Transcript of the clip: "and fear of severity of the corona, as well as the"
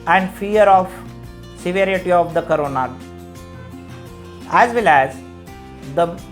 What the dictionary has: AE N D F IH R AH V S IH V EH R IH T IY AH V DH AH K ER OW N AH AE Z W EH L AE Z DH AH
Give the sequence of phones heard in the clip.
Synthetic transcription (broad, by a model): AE N D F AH R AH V S IH V EH R IH T IY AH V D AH K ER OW N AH AE Z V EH L AE Z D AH